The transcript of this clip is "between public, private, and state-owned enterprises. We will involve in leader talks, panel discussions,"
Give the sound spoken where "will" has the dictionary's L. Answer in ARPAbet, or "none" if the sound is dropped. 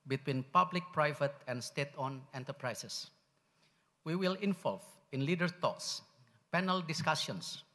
L